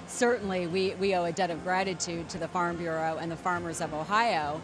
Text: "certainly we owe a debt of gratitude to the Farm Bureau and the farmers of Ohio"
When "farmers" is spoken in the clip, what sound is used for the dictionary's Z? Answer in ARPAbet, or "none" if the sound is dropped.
Z